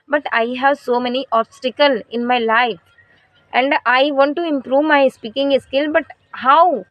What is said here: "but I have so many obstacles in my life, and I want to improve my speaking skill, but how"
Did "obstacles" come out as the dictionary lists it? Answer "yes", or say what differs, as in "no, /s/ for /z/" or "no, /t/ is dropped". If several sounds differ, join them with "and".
no, /z/ is dropped